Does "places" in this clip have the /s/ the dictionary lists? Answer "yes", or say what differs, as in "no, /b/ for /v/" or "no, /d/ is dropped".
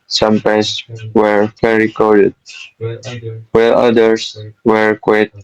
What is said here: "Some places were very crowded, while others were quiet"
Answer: no, /s/ is dropped